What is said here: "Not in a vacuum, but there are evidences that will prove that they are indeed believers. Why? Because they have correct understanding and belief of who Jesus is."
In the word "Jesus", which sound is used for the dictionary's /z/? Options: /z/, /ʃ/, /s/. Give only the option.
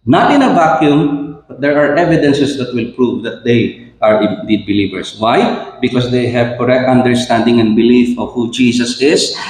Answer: /s/